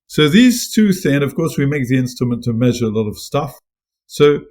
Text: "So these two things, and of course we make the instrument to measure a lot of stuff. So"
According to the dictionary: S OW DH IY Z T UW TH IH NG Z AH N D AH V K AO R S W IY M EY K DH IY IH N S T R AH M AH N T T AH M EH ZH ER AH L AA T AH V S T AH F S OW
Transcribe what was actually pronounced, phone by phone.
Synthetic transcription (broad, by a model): S OW DH IY Z T UW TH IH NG AH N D AH V K AO R S W IY M EY K DH IY IH N S T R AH M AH N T T AH M EH ZH ER AH L AA T AH V S T AH F S OW